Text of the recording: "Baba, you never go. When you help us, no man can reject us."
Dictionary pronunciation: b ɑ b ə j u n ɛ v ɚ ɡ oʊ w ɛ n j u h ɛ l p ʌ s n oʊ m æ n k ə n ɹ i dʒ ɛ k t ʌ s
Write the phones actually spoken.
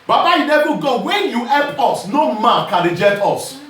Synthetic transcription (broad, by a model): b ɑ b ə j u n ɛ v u ɡ oʊ w ɛ n j u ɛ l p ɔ s n oʊ m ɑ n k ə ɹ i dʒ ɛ t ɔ s